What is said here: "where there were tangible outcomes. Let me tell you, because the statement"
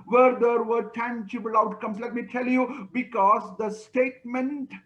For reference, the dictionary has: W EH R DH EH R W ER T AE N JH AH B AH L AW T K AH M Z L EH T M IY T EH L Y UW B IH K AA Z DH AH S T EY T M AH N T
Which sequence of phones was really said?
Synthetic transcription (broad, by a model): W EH R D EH R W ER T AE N CH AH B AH L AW T K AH M S L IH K M IY T EH L Y UW B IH K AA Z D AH S T EY T M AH N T